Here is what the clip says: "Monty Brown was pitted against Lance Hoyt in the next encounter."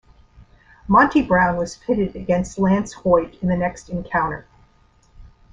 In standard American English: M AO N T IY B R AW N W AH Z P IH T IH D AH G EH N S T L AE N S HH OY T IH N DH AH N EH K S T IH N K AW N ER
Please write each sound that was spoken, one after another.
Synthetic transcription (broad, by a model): M AO N T IY B R AW N W AH Z F IH T IH D AH G EH N S T L AE N S HH OY T IH N DH AH N EH K S T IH N K AW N ER